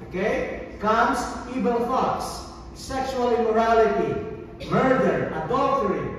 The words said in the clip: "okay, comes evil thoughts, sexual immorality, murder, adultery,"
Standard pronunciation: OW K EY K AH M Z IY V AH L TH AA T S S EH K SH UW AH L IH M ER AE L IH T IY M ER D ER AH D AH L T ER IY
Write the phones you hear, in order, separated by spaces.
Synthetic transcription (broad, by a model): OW K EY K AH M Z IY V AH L F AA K S S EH K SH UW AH L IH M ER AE L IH T IY M ER D ER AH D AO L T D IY